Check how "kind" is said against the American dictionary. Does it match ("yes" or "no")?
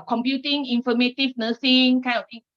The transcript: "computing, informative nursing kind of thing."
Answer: no